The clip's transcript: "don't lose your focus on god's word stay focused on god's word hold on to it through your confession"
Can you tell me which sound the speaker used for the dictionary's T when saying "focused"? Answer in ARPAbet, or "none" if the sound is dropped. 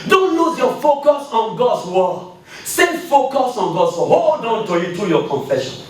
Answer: none